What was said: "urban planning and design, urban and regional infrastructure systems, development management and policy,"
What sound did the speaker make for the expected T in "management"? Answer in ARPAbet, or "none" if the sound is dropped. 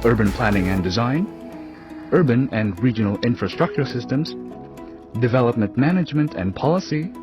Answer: T